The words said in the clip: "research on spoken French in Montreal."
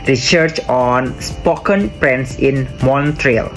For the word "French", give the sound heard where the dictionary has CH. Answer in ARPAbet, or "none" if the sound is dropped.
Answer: S